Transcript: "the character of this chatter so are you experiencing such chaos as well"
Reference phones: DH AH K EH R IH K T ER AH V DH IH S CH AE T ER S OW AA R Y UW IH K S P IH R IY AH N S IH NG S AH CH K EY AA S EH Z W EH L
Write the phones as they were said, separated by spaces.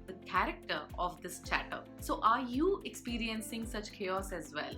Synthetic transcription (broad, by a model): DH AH K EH R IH K T ER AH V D IH S CH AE T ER S OW AA R Y UW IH K S P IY R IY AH N S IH NG S AH CH K EY AA S EH Z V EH L